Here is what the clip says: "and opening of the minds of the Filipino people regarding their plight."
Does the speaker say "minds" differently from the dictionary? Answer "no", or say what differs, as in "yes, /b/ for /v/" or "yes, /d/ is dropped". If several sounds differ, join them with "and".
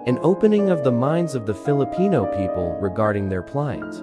no